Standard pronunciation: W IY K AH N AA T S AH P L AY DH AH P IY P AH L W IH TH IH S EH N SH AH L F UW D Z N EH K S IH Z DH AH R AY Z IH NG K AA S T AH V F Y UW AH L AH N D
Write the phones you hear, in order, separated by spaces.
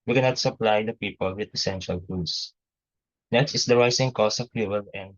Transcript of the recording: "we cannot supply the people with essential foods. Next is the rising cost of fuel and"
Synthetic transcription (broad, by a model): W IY K AH N AA T S AH P L AY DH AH P IY P AH L W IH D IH S EH N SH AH L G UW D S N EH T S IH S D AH R AY S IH NG K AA S AH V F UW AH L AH N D